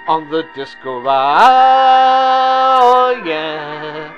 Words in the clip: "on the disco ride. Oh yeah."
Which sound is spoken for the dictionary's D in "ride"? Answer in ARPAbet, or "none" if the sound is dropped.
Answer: none